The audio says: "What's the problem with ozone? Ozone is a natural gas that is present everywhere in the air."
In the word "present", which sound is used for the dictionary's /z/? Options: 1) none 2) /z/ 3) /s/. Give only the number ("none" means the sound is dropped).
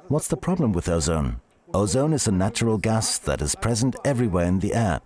2